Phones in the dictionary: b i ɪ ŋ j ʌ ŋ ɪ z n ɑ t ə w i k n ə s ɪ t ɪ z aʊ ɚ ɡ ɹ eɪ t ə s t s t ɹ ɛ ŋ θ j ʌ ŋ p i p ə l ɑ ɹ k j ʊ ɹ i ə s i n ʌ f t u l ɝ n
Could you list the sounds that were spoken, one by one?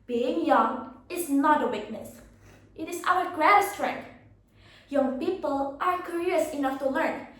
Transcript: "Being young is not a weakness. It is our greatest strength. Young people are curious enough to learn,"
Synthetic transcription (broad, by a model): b i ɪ ŋ j ʌ ŋ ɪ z n ɑ t ə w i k n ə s ɪ t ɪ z aʊ ɚ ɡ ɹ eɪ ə t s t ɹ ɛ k j ʌ ŋ p i p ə l ɑ ɹ k j ʊ ɹ i ə s i n ʌ f t u l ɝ n